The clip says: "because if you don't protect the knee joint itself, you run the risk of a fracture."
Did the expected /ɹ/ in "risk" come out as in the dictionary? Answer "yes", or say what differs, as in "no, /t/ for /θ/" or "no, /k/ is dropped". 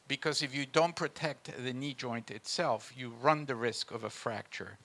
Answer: yes